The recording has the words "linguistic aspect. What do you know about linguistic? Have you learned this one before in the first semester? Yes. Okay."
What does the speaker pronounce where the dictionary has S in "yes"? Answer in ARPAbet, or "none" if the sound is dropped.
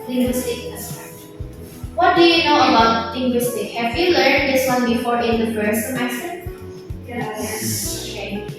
none